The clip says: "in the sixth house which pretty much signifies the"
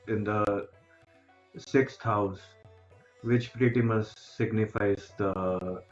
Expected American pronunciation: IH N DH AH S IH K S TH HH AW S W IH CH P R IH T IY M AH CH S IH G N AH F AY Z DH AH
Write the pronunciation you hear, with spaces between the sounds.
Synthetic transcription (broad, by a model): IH N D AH S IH K S T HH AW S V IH CH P R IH T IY M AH S S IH G N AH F AY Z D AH